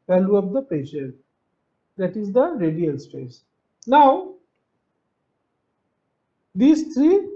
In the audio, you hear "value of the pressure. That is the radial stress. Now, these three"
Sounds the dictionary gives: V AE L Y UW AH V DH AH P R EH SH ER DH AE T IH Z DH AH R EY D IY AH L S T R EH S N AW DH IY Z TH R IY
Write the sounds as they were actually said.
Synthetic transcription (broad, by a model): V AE L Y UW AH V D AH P EH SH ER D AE T IH Z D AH R EY D IY AH L S T R EH S N AW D IY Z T R IY